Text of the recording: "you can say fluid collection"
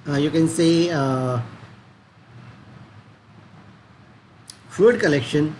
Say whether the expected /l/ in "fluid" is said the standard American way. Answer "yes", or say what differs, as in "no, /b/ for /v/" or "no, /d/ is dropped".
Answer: no, /l/ is dropped